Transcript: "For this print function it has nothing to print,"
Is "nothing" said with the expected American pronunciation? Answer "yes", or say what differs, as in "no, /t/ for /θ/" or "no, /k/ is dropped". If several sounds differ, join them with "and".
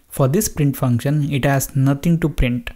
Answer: no, /t/ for /θ/